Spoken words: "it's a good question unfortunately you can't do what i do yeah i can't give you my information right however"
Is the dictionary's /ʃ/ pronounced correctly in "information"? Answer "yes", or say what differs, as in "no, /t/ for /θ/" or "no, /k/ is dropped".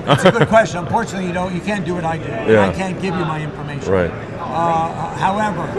no, /ʃ/ is dropped